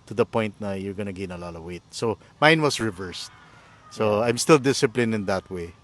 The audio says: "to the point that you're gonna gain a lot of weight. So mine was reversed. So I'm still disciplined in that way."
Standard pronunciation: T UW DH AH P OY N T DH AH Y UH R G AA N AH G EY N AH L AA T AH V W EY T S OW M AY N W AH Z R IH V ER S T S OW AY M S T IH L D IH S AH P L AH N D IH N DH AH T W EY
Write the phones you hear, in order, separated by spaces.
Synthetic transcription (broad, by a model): T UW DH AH P OY N T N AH Y UH R G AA N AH G EY N AH L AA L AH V W EY T S OW M AY N W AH S R IH V ER S T S OW AY M S T IH L D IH S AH P L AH N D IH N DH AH T W EY